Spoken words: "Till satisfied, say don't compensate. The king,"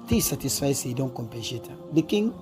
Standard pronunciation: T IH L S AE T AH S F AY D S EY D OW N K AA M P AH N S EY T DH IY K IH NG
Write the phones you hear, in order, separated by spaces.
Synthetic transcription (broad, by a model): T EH S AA T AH S F AY S EY D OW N K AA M P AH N SH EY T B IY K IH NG